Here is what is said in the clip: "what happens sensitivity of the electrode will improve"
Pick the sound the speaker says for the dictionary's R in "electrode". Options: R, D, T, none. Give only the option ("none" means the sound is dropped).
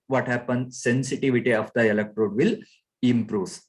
R